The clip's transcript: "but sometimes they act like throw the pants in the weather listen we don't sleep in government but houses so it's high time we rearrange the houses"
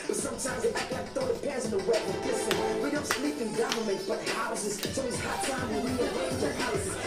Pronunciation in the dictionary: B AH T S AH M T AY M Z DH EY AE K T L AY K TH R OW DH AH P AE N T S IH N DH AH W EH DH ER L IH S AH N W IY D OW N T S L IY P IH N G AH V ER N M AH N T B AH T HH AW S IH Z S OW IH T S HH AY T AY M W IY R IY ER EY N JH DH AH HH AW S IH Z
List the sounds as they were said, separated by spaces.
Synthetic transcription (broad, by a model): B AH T S AH M T AY M Z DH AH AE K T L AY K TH OW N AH P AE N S IH N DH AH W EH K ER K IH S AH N W IY D OW N T S L IY P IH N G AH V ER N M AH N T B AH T HH AW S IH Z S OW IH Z HH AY T AY M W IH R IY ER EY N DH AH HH AW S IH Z